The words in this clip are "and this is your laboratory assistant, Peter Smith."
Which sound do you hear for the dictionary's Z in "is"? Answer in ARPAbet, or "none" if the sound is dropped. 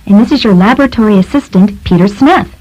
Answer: Z